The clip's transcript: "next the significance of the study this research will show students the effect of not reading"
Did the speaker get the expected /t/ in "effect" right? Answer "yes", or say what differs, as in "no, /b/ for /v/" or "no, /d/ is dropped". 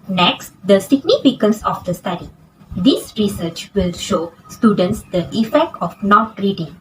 yes